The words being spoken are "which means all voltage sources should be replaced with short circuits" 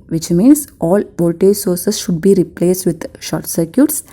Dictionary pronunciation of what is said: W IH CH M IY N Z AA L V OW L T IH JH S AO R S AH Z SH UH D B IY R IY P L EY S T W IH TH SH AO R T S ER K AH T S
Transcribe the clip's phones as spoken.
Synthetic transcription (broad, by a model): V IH CH M IY N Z AA L V OW L T IH JH S AO R S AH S SH UH D B IY R IY P L EY S T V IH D SH AO R T S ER K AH T S